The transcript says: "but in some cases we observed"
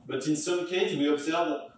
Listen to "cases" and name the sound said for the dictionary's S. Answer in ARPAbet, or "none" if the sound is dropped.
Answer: none